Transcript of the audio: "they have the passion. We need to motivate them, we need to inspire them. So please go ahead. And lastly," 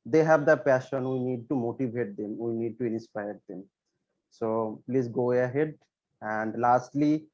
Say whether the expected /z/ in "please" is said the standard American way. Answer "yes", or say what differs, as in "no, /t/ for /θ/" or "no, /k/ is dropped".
no, /s/ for /z/